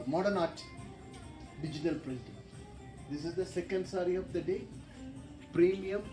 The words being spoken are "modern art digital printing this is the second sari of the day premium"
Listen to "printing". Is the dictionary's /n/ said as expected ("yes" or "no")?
no